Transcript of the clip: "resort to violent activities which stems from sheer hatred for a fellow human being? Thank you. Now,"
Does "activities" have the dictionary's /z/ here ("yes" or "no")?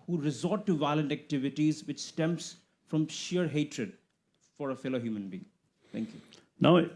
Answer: yes